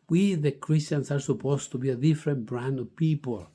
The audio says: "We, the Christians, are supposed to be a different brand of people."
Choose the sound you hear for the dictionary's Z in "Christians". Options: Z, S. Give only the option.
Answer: S